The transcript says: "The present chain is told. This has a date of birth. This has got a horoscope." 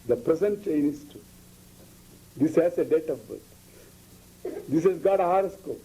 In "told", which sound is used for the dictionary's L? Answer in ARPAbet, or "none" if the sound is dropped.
none